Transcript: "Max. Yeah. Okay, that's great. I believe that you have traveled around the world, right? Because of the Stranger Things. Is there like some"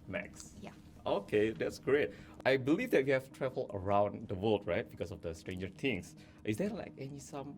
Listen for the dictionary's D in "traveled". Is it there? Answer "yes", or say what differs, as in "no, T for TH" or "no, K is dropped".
no, D is dropped